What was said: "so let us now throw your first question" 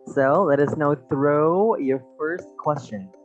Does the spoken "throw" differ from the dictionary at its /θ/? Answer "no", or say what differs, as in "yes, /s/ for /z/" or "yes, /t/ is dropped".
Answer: no